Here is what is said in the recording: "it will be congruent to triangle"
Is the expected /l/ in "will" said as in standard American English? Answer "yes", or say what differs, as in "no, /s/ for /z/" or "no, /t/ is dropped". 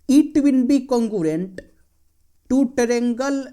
no, /n/ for /l/